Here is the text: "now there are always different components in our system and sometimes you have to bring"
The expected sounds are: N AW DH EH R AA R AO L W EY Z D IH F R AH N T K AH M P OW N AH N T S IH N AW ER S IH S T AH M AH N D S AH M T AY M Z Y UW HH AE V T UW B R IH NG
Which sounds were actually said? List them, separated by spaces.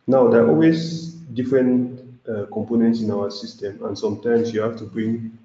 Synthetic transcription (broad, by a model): N AW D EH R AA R AO L W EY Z D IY F R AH N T K AH M P OW N AH N T S IH N AW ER S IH S T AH M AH N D S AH M T AY M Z Y UW HH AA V T UW B R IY NG